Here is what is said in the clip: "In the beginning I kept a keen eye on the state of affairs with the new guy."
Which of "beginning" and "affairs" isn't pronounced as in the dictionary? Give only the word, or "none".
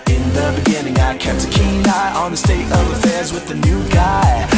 none